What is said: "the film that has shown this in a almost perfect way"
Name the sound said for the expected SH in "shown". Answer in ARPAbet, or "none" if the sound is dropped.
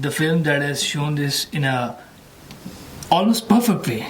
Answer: SH